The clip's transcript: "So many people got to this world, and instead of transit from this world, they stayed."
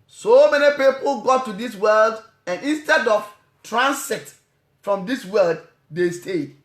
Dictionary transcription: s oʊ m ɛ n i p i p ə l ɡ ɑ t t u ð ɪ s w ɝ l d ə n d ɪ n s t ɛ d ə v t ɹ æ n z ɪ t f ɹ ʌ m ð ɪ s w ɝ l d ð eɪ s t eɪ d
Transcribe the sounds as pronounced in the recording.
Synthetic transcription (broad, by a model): s oʊ m ɛ n i p i p ə l ɡ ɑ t t u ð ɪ s w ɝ l d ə n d ɪ n s t ɛ d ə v t ɹ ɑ n s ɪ t f ɹ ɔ m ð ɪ s w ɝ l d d eɪ s t eɪ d